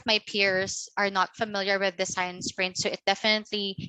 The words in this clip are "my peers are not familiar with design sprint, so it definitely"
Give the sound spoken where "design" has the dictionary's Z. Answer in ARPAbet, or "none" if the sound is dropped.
S